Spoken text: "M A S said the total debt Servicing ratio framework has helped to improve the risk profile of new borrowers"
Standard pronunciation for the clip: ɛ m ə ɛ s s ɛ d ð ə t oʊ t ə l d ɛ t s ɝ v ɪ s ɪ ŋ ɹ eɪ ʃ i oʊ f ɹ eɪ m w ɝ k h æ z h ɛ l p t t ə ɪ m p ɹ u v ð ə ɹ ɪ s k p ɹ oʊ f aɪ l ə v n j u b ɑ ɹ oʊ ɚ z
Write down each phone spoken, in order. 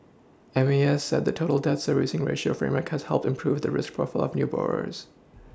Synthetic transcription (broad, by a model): ɛ m ə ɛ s s ɛ d ð ə t oʊ t l d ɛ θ s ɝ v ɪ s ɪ ŋ ɹ eɪ ʃ i oʊ f ɹ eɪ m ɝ k h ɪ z h ɛ l p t t ɪ m p ɹ u v ð ə ɹ ɪ s k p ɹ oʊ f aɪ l ə v n j u b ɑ ɹ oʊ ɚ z